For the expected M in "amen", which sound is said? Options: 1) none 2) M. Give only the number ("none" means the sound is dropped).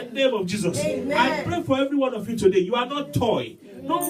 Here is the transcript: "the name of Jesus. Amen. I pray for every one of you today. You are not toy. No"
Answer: 1